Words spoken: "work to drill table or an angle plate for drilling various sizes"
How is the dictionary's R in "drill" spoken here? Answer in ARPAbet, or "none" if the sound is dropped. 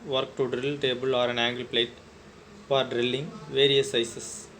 R